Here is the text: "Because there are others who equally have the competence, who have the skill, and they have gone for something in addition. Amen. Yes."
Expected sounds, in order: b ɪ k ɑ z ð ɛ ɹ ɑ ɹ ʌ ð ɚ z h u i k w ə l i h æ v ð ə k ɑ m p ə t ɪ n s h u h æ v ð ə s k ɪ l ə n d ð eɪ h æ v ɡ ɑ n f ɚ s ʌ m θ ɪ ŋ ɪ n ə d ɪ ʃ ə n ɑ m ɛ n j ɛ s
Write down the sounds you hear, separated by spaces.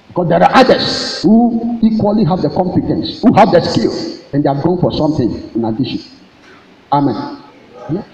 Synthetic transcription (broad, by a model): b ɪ k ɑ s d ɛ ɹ ɑ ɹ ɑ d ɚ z h u i k w ə l i h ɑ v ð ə k ɑ m p ə t ɪ n s h u h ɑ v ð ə s k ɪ l ə n d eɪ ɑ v ɡ ɑ n f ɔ s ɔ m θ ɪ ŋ ɪ n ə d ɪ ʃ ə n ɑ m ɛ n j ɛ